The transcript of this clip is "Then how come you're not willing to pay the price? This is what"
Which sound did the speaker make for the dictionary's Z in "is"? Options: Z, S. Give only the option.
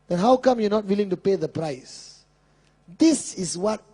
S